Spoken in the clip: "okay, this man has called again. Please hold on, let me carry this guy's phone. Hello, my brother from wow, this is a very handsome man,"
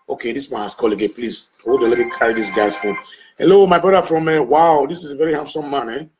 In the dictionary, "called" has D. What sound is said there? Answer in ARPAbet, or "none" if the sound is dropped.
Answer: none